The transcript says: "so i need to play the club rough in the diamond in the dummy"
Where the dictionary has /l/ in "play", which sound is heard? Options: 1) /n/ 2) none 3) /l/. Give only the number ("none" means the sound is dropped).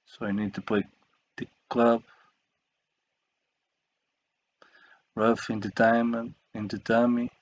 2